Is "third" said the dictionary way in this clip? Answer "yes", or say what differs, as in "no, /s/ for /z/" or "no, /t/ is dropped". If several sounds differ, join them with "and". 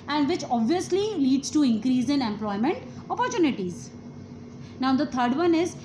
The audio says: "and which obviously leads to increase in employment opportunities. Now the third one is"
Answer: no, /t/ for /θ/